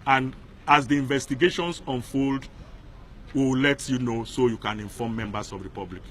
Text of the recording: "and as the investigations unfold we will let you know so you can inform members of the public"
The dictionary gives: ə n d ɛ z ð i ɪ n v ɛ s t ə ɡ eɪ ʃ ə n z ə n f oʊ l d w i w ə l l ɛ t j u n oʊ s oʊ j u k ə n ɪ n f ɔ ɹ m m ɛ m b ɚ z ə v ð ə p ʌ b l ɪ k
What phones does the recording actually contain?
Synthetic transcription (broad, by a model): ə n d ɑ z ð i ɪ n v ɛ s t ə ɡ eɪ ʃ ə n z ə n f oʊ l d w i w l l ɛ t j u n oʊ s oʊ j u k ə n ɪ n f ɔ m m ɛ m b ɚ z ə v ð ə p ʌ b l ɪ k